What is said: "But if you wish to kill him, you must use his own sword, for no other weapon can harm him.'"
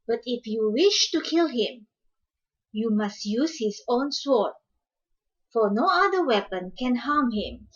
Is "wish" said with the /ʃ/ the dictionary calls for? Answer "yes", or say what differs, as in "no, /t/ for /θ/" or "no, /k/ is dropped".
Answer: yes